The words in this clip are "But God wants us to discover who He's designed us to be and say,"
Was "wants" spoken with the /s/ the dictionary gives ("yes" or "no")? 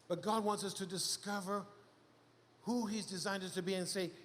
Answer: yes